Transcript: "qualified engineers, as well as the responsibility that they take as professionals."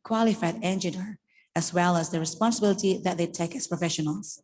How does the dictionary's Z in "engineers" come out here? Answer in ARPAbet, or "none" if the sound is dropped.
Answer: none